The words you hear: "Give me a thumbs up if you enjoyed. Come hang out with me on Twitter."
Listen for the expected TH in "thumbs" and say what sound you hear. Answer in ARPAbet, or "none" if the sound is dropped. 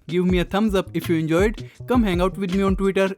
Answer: T